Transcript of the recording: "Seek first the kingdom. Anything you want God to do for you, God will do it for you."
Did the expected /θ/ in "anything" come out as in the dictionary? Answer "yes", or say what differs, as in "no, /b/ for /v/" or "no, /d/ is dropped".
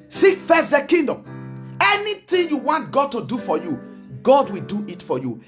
no, /t/ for /θ/